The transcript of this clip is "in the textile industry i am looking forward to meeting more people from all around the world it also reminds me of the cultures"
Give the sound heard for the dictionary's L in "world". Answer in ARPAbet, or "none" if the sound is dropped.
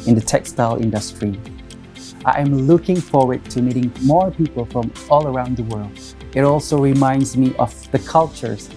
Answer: L